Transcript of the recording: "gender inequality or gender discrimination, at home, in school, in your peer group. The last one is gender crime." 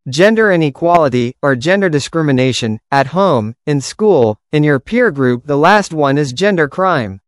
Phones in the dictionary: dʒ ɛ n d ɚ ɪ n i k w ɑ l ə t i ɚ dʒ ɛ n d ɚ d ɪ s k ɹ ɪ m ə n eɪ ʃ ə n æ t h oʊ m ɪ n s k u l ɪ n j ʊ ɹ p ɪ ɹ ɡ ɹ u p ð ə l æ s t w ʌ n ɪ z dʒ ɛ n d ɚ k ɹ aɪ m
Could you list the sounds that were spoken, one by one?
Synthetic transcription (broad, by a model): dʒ ɛ n d ɚ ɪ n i k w ɑ l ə t i ɚ dʒ ɛ n d ɚ d ɪ s k ɹ ɪ m ə n eɪ ʃ ə n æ t h oʊ m ɪ n s k u l ɪ n j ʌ ɹ p ɪ ɹ ɡ ɹ u p ð ə l æ s t w ʌ n ɪ z dʒ ɛ n d ɚ k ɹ aɪ m